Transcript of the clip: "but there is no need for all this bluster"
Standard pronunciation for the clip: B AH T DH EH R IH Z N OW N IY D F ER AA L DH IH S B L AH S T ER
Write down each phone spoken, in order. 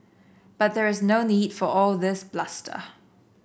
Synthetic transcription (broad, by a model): B AH T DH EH R IH Z N OW N IY D F ER AA L DH IH S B L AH S T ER